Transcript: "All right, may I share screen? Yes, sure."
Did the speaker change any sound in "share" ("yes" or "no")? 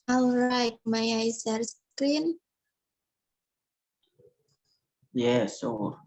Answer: yes